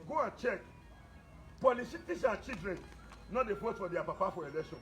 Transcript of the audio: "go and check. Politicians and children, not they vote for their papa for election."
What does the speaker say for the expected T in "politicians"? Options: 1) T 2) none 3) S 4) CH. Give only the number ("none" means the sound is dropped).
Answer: 3